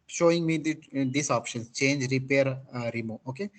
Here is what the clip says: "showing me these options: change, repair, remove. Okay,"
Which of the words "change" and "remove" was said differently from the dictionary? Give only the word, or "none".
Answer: remove